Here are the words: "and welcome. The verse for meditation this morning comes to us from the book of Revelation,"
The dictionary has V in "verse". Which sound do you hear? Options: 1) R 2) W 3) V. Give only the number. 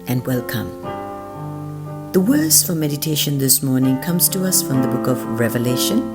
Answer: 2